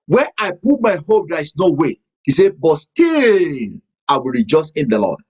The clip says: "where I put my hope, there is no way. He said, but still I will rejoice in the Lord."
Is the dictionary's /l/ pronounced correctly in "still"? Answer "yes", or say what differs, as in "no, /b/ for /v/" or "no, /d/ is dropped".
no, /n/ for /l/